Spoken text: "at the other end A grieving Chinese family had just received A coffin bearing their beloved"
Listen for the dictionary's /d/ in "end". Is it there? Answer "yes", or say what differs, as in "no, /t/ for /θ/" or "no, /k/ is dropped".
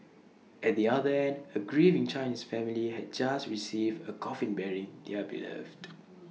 yes